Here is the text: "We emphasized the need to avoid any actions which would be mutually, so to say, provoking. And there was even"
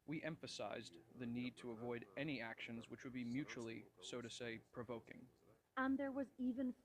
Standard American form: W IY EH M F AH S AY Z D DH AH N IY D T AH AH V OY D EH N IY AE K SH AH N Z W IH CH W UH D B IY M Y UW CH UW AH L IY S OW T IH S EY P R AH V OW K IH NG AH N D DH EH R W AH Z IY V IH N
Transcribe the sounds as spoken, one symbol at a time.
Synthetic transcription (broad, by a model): W IY EH M F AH S AY Z DH AH N IY D T AH AH V OY D EH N IY AE K SH AH N Z W IH CH W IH D B IY M Y UW CH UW L IY S OW T IH S EY P R AH V OW K IH NG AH N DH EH R W AH Z IY V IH N